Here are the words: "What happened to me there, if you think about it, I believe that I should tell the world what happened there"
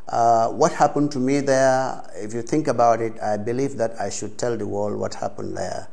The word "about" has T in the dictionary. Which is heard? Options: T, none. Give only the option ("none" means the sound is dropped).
T